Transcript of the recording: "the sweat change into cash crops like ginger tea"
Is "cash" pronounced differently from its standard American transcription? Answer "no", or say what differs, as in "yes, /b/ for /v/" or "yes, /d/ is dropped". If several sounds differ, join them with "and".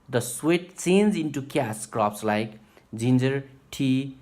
yes, /s/ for /ʃ/